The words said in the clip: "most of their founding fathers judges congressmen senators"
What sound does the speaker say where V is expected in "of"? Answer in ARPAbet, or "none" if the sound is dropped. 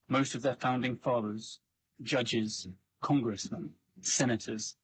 V